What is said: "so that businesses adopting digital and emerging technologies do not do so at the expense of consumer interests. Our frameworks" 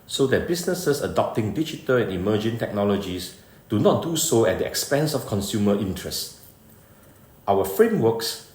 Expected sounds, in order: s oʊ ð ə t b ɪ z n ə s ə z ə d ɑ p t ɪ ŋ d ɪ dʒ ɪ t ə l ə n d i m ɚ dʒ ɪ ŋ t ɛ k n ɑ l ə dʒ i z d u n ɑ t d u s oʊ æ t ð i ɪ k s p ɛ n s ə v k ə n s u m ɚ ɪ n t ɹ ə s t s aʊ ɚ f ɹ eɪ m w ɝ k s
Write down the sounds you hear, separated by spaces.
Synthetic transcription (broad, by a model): s oʊ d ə t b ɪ s n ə s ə s ə d ɑ p t ɪ ŋ d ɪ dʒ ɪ t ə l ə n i m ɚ dʒ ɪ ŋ t ɛ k n ɑ l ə dʒ i s d u n ɑ t d u s oʊ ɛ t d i ɪ k s p ɛ n s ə f k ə n s u m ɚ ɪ n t ɹ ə s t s aʊ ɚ f ɹ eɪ m w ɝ k s